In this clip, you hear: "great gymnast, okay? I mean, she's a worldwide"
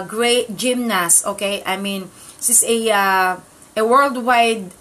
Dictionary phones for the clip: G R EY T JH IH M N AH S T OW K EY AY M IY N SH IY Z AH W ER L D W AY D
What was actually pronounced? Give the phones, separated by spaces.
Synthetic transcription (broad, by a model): G R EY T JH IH M N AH S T OW K EY AY M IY N S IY S AH W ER L D W AY D